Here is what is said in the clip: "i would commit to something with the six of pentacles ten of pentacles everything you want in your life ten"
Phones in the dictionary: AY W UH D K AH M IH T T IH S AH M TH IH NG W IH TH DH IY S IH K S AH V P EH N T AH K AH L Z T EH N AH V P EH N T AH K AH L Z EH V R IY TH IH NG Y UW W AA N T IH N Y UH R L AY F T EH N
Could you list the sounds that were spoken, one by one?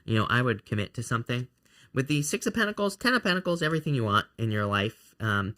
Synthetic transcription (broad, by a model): AY W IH D K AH M IH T T IH S AH M TH IH NG W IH DH IY S IH K S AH P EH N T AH K L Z T EH N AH P EH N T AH K L Z EH V R IY TH IH NG Y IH W AA N T IH N Y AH R L AY F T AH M